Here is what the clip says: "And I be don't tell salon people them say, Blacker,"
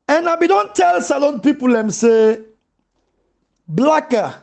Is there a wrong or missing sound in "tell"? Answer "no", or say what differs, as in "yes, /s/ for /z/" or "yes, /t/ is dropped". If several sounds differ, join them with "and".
no